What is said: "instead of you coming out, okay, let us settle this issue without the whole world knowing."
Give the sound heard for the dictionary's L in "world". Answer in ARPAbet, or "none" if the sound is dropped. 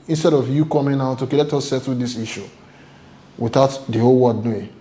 none